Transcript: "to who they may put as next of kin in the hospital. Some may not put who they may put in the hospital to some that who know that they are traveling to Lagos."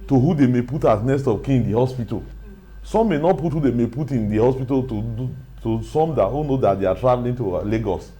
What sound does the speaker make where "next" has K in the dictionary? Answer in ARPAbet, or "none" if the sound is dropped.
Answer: none